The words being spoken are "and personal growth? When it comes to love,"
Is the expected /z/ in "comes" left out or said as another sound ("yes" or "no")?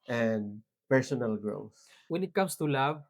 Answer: yes